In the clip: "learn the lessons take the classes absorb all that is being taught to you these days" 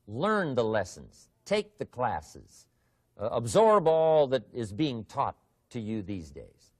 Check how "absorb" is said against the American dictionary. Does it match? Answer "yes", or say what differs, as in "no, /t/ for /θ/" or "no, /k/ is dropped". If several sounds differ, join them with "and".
yes